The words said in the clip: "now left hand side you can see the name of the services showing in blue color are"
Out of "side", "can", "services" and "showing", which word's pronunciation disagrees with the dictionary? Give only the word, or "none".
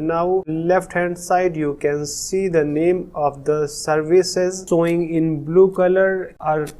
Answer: showing